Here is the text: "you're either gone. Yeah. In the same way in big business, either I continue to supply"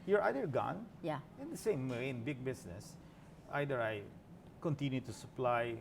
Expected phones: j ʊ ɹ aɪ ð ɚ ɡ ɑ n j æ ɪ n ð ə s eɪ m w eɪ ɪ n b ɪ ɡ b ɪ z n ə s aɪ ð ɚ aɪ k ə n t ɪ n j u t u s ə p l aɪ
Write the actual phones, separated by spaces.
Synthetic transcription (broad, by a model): j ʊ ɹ aɪ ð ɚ ɡ ɑ n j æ ɪ n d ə s eɪ m w eɪ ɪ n b ɪ ɡ b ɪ s n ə s aɪ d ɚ aɪ k ə n t ɪ n j u t u s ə p l aɪ